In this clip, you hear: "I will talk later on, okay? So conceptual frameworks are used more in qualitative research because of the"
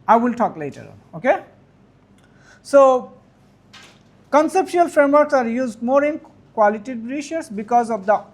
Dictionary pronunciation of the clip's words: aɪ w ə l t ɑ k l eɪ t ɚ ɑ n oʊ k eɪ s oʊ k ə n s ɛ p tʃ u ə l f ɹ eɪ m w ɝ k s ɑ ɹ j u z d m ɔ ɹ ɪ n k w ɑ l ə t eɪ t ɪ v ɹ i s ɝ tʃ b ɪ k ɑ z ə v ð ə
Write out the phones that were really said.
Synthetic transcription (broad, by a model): aɪ w ə l t ɑ k l eɪ t ɚ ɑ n oʊ k eɪ s oʊ k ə n s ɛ p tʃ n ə l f ɹ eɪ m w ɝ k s ɑ ɹ j u z d m ɔ ɹ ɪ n k w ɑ l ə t t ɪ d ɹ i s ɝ s b ɪ k ɑ z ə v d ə